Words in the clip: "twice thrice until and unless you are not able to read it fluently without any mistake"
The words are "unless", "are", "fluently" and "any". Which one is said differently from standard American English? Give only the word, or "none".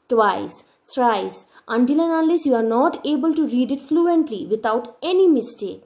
unless